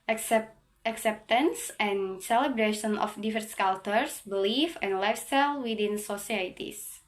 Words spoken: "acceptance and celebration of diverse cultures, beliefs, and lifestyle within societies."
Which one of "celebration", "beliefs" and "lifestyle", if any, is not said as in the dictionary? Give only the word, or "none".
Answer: beliefs